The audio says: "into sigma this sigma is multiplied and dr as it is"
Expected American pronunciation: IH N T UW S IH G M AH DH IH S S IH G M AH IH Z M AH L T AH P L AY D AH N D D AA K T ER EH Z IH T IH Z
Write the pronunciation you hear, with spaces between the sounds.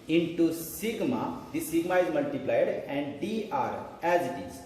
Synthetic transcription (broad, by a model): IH N T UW S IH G M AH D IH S S IH G M AH IH Z M AH L T AH P L AY D AH N D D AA T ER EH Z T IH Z